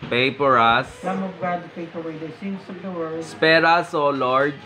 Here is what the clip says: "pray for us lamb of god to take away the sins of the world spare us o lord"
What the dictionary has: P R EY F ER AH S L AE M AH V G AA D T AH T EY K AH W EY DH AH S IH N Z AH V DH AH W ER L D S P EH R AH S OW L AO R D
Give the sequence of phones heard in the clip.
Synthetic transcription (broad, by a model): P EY P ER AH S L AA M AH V G AA D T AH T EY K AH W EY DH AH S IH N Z AH V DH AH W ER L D S P EH R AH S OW L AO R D